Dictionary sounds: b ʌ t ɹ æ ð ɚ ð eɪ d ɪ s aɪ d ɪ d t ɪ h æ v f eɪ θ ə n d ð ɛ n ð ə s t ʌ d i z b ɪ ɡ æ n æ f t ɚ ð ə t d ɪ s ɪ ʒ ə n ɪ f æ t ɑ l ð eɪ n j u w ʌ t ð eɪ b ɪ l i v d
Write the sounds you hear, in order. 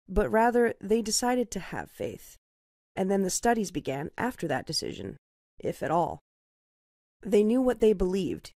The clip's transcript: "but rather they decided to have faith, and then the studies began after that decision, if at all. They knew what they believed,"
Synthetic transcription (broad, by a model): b ʌ t ɹ æ ð ɚ ð eɪ d ɪ s aɪ d ɪ d t ɪ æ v f eɪ θ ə n ð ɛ n ð ə s t ʌ d i z b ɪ ɡ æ n æ f t ɚ ð ə t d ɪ s ɪ ʒ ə n ɪ f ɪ t ɑ l ð eɪ n j u w ʌ t ð eɪ b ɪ l i v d